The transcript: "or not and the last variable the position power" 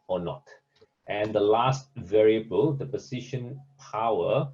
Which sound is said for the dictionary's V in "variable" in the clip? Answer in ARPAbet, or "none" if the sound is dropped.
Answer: V